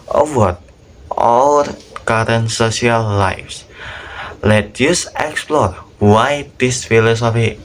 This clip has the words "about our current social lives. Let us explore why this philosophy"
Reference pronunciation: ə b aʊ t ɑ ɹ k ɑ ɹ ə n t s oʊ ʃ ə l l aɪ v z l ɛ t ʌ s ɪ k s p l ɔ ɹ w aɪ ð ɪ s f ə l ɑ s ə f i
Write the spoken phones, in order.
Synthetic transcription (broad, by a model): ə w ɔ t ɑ l k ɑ ɹ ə n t s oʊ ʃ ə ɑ l aɪ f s l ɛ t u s ɪ k s p l ɔ ɹ w aɪ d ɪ s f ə l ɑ s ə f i